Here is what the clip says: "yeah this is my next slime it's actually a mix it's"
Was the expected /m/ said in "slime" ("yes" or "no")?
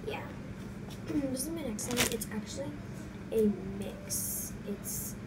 no